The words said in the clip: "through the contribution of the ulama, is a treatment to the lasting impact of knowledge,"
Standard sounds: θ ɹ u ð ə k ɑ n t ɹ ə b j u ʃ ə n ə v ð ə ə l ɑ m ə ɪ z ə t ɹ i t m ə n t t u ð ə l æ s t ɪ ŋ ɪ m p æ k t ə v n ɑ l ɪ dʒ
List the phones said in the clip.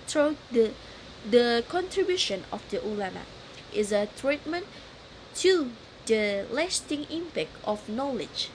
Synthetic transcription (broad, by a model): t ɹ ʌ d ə k ɑ n t ɹ ə b j u ʃ ə n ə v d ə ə l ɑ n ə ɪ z ə t ɹ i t m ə n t t u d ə l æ s t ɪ ŋ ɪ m p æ k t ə f n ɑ l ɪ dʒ